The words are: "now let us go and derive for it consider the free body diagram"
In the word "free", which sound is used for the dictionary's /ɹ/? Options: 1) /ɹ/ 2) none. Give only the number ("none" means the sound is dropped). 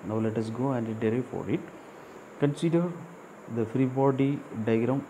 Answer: 1